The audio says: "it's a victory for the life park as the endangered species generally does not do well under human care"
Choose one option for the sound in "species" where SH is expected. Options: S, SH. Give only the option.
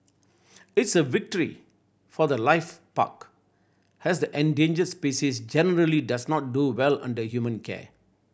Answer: S